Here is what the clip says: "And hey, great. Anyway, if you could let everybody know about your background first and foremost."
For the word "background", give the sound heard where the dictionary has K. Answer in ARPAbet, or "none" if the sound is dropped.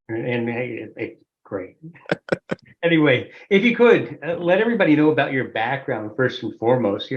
K